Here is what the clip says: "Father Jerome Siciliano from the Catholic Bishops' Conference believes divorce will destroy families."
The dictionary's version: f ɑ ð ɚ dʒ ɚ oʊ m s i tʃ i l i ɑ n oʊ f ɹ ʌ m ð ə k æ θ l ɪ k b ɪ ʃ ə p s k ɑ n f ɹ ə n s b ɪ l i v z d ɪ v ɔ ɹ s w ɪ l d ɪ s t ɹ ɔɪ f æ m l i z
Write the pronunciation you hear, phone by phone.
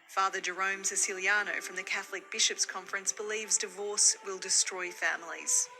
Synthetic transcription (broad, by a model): f ɑ ð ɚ dʒ ɚ oʊ m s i s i l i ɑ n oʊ f ɹ ʌ m ð ə k æ θ l ɪ k b ɪ ʃ ə p s k ɑ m f ɹ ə n s b ɪ l i v z d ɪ v ɔ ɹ s w ɪ l d ɪ s t ɹ ɔɪ f æ m l i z